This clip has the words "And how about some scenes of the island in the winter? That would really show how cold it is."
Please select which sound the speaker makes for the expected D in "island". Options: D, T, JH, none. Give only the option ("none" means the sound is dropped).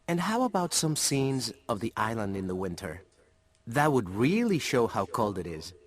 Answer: D